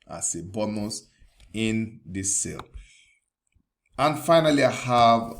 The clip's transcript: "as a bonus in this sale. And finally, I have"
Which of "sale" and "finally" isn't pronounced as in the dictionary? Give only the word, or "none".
none